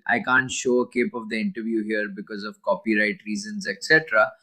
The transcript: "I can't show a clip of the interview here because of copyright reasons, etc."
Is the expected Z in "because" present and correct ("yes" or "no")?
yes